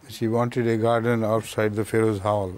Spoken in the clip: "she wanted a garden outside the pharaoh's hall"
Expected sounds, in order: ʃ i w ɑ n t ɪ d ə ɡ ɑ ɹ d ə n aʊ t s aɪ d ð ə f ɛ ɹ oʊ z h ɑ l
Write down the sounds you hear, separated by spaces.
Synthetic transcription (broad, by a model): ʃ i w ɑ n t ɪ d ə ɡ ɑ ɹ d ə n aʊ t s aɪ d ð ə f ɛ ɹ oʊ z h ɑ l